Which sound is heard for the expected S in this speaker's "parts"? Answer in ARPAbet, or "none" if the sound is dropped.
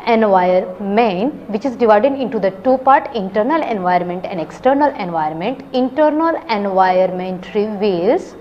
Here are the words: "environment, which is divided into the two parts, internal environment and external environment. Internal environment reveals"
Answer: none